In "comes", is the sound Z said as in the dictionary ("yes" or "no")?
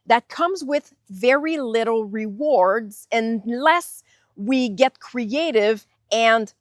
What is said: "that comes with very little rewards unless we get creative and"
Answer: yes